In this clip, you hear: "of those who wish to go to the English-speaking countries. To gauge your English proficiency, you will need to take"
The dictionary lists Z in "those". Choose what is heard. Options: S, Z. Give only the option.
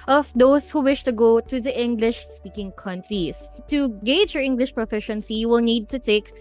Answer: S